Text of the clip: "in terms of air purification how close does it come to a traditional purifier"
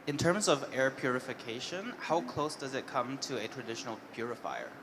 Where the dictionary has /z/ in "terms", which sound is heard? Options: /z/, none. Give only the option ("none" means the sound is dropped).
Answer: /z/